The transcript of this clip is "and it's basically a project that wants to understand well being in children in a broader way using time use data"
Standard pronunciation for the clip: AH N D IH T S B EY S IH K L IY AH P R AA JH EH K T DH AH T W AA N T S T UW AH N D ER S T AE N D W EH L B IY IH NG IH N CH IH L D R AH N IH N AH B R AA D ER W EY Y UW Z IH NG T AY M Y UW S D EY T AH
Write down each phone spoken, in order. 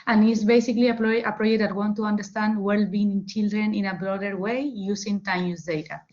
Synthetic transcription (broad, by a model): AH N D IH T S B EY S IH K L IY AH P R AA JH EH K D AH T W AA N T T UW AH N D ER S T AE N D W EH L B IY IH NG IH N CH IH L D R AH N IH N AH B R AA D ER W EY Y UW S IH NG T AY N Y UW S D EY T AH